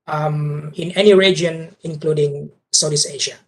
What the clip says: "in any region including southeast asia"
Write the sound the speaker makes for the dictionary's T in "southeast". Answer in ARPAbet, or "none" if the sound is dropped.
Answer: none